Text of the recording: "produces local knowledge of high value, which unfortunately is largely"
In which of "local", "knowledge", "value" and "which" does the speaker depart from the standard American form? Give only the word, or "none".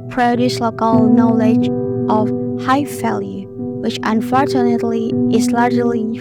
value